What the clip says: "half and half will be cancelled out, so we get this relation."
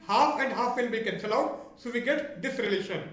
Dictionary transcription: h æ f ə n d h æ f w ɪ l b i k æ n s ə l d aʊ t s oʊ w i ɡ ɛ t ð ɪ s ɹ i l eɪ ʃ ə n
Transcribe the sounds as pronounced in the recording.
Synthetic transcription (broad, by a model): h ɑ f ə n d h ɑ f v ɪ l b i k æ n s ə l aʊ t s oʊ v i ɡ ɛ t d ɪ s ɹ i l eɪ ʃ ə n